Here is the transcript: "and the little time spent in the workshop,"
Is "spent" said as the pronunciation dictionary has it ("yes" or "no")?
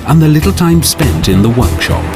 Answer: yes